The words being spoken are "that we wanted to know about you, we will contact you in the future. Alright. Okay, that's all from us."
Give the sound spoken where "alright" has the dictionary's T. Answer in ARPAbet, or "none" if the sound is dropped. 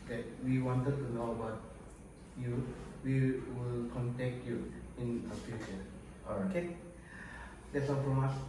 none